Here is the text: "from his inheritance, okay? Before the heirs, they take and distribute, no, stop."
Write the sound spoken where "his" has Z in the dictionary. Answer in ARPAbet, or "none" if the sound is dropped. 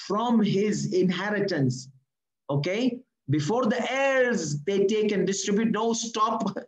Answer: Z